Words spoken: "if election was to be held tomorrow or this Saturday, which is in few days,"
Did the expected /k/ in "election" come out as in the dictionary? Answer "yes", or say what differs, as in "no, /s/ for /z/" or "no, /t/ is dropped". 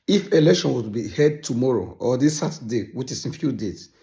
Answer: yes